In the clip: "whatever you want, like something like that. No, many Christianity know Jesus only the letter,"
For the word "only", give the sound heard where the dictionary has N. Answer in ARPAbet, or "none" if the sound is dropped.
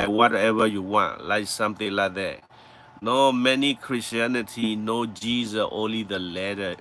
N